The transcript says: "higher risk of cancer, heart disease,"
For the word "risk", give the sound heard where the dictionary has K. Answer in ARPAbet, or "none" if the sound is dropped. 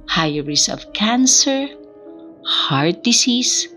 none